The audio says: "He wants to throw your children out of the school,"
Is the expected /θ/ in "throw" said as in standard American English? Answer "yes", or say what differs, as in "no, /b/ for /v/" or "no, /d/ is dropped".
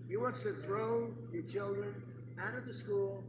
yes